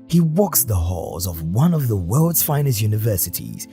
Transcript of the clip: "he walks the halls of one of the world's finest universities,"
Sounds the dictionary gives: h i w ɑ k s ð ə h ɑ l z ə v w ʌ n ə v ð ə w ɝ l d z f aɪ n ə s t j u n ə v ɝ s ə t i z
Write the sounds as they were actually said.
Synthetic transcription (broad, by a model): h i w ɑ k s ð ə h ɑ l z ə v w ʌ n ə v ð ə w ɝ l d z f aɪ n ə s j u n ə v ɝ s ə t i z